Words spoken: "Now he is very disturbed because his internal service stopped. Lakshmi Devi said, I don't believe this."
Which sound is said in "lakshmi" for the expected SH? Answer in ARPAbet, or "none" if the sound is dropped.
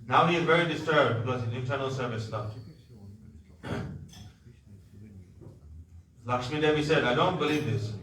S